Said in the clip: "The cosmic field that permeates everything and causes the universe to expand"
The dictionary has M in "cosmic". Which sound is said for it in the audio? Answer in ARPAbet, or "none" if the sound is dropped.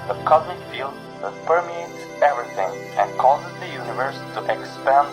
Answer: none